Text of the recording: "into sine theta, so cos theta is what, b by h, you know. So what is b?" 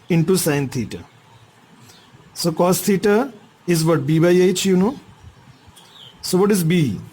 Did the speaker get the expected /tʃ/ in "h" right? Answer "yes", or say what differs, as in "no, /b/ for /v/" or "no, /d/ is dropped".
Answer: yes